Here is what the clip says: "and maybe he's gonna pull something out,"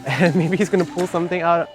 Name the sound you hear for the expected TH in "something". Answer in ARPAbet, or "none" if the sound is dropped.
TH